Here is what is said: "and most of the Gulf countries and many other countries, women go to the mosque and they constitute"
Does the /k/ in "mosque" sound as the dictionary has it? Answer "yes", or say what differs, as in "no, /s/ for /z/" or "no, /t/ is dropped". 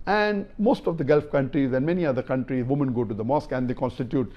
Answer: yes